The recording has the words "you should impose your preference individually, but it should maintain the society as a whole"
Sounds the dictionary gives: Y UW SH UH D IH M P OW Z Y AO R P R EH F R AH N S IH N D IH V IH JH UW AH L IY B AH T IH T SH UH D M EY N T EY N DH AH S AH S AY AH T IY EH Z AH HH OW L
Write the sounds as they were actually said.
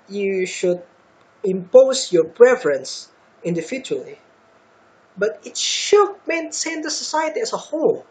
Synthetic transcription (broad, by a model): Y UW SH UH D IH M P OW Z Y AO R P R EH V R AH N S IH N D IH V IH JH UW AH L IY B AH T IH T SH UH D M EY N S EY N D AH S AH S AY AH T IY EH S AH HH OW L